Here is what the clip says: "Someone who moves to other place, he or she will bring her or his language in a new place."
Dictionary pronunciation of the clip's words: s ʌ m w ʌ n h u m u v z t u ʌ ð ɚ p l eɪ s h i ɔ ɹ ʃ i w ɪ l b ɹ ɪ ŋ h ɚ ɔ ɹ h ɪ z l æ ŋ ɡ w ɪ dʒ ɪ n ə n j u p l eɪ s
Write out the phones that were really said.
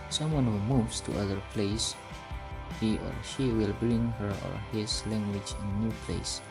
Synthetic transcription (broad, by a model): s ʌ m w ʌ n h u m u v s t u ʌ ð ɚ p l eɪ s h i ɔ ɹ ʃ i w ɪ l b ɹ ɪ ŋ h ɚ ɔ ɹ h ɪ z l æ ŋ ɡ w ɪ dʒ ɪ n ə n j u p l eɪ s